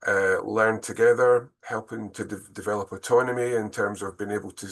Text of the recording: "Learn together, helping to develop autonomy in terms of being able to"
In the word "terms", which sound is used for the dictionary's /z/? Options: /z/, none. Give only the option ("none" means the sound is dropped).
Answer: /z/